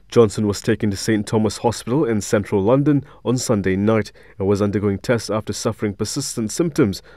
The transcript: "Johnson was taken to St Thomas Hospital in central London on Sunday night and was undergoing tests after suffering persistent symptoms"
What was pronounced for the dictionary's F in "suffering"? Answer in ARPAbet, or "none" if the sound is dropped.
F